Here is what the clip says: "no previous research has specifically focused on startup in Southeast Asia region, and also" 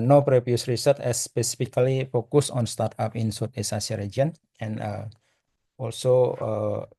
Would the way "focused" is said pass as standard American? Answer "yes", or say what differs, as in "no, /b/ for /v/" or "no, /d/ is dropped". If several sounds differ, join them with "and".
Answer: no, /t/ is dropped